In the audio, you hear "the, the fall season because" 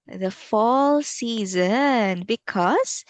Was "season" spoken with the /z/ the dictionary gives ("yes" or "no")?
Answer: yes